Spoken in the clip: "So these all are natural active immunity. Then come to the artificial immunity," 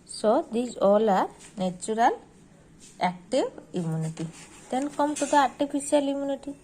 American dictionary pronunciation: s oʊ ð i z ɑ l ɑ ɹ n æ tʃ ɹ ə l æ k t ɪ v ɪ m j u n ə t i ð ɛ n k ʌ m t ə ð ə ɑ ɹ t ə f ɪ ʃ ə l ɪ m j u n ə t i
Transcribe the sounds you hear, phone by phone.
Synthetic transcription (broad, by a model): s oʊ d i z ɑ l ɑ ɹ n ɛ tʃ ɹ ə l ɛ k t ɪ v ɪ m j u n ə t i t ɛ n k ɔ m t ə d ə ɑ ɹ t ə p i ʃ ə l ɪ m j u n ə t i